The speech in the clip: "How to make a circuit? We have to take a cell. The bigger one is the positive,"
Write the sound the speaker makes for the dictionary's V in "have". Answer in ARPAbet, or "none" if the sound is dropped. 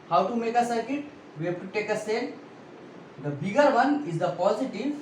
F